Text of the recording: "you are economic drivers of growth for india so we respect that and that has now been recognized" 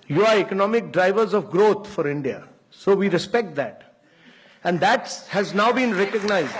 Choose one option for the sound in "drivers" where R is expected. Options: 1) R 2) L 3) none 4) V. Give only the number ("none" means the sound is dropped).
1